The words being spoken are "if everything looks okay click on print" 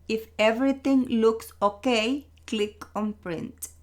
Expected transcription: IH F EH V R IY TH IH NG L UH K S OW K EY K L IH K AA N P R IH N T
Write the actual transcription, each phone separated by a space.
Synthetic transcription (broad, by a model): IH F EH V R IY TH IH NG L UH K S OW K EY K L IH K AA N P R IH N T